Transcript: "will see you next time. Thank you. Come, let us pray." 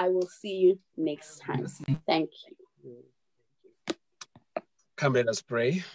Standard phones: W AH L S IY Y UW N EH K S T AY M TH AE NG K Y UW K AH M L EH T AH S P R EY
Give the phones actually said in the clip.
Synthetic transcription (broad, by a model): W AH L S IY Y UW N EH K S T AY M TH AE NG K Y UW K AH M L EH T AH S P R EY